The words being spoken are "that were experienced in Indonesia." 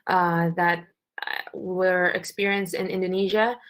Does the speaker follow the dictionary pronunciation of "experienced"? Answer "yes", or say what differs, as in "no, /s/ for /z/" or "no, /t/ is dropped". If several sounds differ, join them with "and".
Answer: yes